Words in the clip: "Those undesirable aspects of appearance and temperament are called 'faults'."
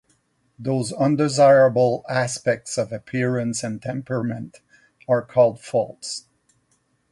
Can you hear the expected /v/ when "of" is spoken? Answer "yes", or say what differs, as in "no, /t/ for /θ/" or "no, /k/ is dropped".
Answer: yes